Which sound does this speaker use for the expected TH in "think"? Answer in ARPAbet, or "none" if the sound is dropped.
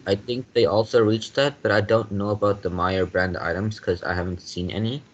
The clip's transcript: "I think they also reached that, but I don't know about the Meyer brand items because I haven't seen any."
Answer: TH